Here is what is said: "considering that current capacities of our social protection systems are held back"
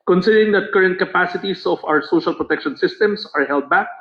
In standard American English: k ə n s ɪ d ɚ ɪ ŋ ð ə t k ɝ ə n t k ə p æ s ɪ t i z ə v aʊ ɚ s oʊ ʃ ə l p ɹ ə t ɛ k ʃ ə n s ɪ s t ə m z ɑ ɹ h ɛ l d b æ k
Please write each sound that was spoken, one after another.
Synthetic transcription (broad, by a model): k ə n s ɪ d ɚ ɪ ŋ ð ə t k ɝ ə n t k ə p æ s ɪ t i s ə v aʊ ɚ s oʊ ʃ ə l p ɹ ə t ɛ k ʃ ə n s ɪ s t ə m s ɑ ɹ h ɛ l d b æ k